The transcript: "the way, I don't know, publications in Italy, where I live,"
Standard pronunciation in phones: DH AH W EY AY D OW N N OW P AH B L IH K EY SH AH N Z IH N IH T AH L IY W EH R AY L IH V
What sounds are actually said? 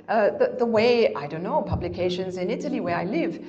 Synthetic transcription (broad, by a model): DH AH W EY AY D OW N N OW P AH B L IH K EY SH AH N Z IH N IH T AH L IY W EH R AY L IH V